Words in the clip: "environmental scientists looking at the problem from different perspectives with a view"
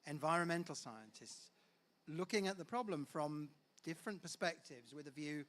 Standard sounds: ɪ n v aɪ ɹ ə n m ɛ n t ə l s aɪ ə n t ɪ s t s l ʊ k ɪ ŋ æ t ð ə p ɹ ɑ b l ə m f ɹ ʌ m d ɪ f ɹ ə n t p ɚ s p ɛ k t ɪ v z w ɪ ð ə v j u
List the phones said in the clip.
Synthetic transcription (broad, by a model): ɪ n v aɪ ɹ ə n m ɛ n t l s aɪ ə n t ɪ s t s l ʊ k ɪ ŋ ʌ t ð ə p ɹ ɑ b l ə m f ɹ ʌ m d ɪ f ɹ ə n p ɚ s p ɛ k t ɪ v z w ɪ ð ə v j u